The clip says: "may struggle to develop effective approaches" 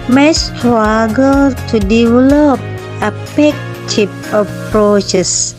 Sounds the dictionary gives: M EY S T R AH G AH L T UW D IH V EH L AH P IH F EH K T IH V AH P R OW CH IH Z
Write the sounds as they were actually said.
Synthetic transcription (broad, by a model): M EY S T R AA G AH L T UW D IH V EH L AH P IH P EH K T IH P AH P R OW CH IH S